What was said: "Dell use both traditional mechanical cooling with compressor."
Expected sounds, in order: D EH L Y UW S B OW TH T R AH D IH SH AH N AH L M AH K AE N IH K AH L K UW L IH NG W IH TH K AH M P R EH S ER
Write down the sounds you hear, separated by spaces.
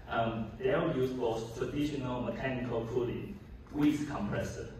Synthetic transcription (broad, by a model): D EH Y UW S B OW S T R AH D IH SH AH N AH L M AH K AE N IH K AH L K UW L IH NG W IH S K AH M P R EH S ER